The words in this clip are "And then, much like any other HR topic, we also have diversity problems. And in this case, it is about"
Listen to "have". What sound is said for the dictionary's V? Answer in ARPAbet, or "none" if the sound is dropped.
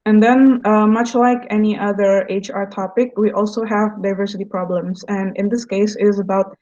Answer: V